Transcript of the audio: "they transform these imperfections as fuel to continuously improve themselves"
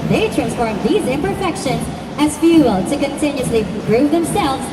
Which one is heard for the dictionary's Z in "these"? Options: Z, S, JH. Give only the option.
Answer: Z